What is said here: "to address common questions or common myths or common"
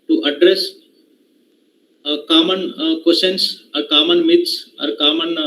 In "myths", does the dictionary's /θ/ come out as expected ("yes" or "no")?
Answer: no